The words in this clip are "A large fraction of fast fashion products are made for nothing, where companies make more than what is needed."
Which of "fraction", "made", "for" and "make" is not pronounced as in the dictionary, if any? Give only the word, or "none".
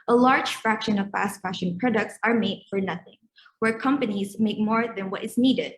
none